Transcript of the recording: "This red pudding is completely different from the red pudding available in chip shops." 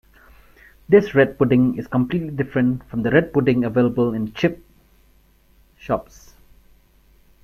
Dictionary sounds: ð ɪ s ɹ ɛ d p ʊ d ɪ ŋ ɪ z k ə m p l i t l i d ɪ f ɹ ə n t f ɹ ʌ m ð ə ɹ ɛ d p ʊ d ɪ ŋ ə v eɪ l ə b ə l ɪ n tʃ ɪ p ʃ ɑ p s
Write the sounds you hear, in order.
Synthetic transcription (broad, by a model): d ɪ s ɹ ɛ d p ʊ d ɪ ŋ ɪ s k ə m p l i t l i d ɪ f ɹ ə n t f ɹ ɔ m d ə ɹ ɛ d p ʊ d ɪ ŋ ə v eɪ l ə b ə l ɪ n tʃ ɪ p ʃ ɑ p s